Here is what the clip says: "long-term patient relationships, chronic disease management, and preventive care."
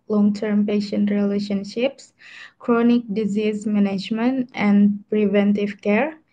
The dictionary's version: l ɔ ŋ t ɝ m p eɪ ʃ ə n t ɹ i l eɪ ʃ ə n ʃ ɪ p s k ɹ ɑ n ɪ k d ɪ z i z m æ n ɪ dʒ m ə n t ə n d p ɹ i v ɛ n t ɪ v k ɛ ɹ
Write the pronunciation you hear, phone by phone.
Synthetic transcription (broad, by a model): l ɔ ŋ t ɝ m p eɪ ʃ ə n t ɹ i l eɪ ʃ ə n ʃ ɪ p s k ɹ ɑ n ɪ k d ɪ z i z m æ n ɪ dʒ m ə n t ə n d p ɹ i v ɛ n t ɪ v k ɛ ɹ